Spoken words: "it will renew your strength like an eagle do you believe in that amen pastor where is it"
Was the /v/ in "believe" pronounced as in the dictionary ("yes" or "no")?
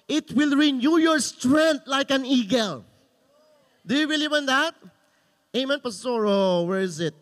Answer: no